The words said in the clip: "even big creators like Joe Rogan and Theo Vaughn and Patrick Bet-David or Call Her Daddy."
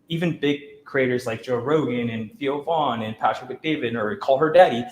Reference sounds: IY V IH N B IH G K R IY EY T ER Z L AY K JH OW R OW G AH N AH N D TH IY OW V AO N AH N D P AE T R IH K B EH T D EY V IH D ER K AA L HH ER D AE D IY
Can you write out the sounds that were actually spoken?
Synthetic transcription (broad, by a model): IY V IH N B IH G K R IY EY T ER Z L AY K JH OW R OW G AH N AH N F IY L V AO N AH N P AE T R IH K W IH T D EY V IH D ER K AA L HH ER D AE D IY